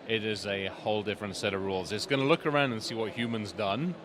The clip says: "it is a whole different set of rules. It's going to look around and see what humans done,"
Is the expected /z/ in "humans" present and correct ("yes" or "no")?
yes